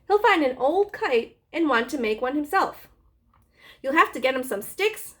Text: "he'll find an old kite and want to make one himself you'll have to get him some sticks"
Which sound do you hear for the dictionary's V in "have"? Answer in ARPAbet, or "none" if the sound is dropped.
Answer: F